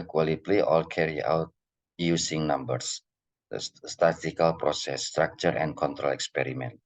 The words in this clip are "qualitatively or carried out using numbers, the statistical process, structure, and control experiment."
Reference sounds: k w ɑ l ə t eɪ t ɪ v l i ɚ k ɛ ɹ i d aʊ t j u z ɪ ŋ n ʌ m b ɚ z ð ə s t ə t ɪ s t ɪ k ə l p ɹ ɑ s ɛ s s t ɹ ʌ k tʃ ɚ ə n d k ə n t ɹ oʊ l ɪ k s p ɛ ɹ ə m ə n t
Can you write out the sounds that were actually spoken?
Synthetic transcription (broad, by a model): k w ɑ l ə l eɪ t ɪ l k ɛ ɹ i aʊ t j u s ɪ ŋ n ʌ m b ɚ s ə s t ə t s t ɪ k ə l p ɹ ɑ s ɛ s s t ɹ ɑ k tʃ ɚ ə n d k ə n t ɹ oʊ l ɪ k s p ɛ ɹ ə m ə n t